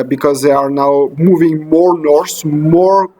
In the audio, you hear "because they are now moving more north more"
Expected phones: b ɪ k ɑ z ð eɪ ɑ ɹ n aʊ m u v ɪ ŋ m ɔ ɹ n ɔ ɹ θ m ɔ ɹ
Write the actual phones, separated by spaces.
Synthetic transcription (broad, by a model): b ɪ k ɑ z ð eɪ ɑ ɹ n aʊ m u v ɪ ŋ m ɔ ɹ n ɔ ɹ s m ɔ ɹ